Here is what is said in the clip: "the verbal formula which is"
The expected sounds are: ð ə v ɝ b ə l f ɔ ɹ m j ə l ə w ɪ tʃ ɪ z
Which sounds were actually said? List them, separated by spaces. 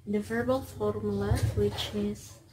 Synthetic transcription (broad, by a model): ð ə v ɝ b ə l f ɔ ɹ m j l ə w ɪ tʃ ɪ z